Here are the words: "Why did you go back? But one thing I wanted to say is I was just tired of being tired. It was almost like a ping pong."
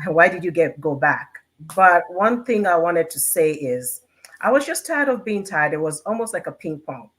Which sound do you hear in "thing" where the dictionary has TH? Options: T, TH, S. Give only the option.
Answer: TH